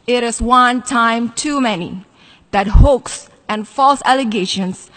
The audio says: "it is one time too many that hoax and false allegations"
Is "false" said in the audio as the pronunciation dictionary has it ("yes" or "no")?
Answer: yes